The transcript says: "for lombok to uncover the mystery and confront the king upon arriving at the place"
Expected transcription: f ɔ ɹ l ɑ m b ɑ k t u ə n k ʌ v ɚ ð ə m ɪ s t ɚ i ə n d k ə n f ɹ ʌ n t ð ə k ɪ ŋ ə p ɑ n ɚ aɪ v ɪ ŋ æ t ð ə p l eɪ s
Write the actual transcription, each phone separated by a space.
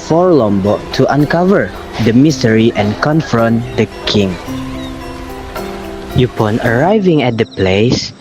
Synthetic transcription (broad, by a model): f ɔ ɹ l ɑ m b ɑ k t u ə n k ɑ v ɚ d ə m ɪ s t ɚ i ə n k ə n f ɹ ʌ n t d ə k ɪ ŋ ə p ɑ n ɚ aɪ v ɪ ŋ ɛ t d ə p l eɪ s